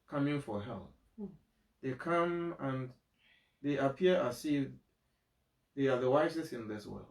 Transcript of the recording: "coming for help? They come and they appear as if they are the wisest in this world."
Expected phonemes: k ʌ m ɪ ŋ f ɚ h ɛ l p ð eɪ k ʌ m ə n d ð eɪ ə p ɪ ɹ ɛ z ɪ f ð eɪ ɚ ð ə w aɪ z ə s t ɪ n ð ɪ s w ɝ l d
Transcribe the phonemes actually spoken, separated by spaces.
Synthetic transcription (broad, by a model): k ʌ m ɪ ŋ f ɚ h ɛ l p ð eɪ k ʌ m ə n ð eɪ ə p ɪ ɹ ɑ s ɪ ð eɪ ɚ ð ə w aɪ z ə s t ɪ n ð ɪ s w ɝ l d